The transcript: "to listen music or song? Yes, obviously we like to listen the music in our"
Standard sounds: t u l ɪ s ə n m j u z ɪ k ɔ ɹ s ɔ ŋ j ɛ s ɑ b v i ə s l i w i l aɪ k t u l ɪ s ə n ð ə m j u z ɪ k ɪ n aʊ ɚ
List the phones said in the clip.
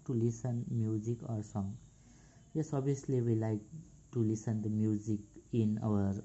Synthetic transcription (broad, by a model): t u l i s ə n m j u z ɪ k ɔ ɹ s ɔ ŋ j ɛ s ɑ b i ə s l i w i l aɪ k t u l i s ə n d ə m j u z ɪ k ɪ n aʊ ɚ